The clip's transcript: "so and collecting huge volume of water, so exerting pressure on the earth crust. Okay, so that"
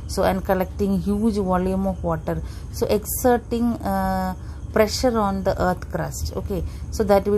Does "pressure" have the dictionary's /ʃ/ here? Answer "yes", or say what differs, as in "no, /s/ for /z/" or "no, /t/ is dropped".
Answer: yes